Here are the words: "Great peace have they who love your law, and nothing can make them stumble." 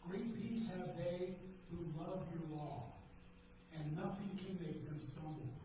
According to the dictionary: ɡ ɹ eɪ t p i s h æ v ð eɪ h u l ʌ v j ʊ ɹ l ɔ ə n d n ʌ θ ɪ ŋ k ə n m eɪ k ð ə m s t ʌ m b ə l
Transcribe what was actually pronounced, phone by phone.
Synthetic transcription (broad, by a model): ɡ ɹ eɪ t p i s h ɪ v ð eɪ h u l ʌ v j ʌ ɹ l ɔ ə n n ʌ θ ɪ ŋ k ə n m eɪ k ð ə m s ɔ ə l